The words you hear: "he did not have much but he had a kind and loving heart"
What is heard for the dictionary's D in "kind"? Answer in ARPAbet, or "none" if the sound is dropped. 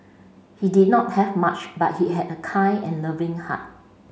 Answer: none